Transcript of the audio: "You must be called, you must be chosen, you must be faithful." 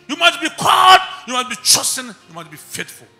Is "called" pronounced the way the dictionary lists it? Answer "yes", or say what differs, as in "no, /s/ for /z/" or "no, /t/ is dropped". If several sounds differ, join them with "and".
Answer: no, /l/ is dropped